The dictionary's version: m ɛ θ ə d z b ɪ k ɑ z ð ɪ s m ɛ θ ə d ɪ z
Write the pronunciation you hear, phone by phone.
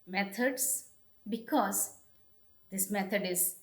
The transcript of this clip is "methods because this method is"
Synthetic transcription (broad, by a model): m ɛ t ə d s b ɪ k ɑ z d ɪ s m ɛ t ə d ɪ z